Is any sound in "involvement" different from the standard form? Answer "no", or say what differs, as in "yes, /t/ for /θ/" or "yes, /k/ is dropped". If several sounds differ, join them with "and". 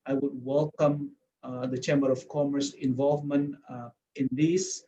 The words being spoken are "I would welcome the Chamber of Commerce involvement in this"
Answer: no